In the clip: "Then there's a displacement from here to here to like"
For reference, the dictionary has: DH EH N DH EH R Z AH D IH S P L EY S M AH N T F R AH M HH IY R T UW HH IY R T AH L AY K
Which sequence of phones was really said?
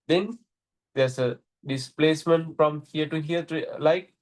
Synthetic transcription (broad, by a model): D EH N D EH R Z AH D IH S P L EY S M AH N T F R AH M HH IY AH T UW HH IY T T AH L AY K